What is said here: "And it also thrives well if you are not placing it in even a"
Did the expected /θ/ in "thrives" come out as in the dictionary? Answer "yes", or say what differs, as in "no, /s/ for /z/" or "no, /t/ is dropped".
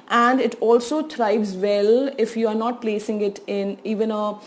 no, /t/ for /θ/